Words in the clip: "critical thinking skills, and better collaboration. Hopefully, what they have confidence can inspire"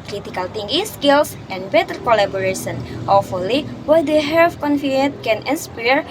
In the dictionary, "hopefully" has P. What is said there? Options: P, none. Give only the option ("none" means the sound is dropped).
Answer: none